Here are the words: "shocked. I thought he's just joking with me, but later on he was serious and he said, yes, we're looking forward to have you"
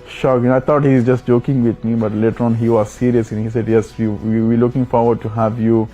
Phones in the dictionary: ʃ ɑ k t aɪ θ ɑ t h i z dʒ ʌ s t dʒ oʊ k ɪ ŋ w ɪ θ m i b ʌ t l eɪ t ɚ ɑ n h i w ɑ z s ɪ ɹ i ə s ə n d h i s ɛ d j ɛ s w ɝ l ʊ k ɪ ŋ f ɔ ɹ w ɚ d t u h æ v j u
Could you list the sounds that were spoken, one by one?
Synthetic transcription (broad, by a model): ʃ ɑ k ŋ aɪ t ɑ t h i z dʒ ʌ s t dʒ oʊ k ɪ ŋ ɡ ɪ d m i b ʌ t l eɪ t ɚ ɑ n h i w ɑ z s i ɹ i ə s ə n h i s ɛ d j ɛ s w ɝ l ʊ k ɪ ŋ f ɔ ɹ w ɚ d t u h æ v j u